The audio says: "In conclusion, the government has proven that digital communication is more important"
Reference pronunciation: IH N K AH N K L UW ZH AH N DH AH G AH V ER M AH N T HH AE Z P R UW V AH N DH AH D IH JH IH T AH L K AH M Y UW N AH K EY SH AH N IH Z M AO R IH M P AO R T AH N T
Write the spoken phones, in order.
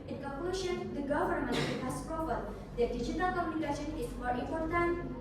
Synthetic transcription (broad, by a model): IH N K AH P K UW SH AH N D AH G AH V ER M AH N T HH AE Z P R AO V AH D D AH D IH JH IH T AH L K AH M Y UW N AH K EY SH AH N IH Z M AO R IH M P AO R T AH N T